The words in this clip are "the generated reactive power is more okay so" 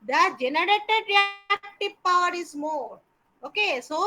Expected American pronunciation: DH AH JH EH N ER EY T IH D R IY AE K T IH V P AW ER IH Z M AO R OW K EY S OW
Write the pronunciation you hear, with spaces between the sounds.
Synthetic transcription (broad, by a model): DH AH JH EH N ER EY T IH D R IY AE K T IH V P AW ER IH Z M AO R OW K EY S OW